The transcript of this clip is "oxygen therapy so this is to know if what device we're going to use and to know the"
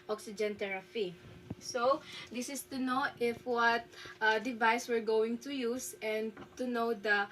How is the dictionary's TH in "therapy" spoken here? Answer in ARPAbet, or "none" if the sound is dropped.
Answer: T